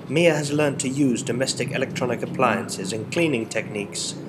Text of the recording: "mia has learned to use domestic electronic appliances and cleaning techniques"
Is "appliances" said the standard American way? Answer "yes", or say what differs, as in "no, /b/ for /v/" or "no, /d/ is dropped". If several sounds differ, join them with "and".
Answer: yes